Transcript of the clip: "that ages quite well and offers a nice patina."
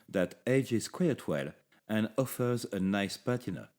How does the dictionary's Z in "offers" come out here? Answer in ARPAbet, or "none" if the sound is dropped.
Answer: Z